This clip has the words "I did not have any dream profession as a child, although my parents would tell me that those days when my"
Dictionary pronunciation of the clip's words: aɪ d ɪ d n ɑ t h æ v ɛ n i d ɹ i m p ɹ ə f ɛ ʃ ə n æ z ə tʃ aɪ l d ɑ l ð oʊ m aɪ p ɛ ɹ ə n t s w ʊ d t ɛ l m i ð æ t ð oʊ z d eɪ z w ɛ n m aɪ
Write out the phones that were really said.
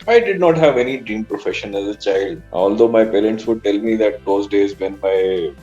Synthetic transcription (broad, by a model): aɪ d ɪ d n ɑ t h æ v ɛ n i d ɹ i m p ɹ ə f ɛ ʃ ə n æ z ə tʃ aɪ l d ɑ l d oʊ m aɪ p ɛ ɹ ə n t s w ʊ d t ɛ l m i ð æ t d oʊ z d eɪ z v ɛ n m aɪ